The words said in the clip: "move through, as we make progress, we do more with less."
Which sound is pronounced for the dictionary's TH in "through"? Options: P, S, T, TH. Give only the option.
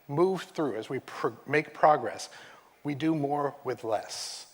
TH